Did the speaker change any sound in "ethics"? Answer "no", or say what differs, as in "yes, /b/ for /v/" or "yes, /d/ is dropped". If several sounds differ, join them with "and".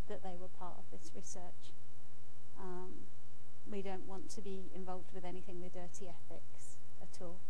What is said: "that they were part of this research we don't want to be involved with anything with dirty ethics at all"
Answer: no